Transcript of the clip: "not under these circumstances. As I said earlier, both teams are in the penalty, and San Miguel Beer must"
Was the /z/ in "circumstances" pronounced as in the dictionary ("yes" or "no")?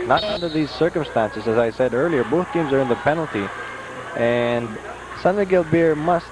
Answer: yes